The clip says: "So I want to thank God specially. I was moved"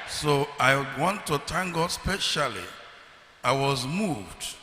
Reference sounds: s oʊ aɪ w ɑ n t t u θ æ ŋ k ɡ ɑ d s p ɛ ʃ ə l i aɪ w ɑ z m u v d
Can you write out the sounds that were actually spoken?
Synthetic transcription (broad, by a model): s oʊ aɪ w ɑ n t t u t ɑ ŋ ɡ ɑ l s p ɛ ʃ ə l i aɪ w ɑ z m u v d